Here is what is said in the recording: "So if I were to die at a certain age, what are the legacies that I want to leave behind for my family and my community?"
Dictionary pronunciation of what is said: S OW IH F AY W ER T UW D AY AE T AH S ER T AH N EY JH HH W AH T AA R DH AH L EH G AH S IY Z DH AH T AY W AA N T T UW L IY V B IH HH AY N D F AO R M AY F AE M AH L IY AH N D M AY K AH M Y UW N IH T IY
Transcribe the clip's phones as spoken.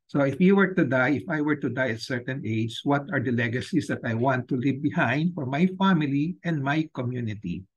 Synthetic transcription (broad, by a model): S OW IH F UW W ER T UW D AY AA T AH S ER T AH N EY JH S W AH T AA R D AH L EH G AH S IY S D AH T AY W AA N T T UW L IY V B IH HH AY N D F AO R M AY F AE M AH L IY AH N D M AY K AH M Y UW N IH T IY